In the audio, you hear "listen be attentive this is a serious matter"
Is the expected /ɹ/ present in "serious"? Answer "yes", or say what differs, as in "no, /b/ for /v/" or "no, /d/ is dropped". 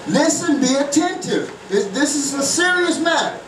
yes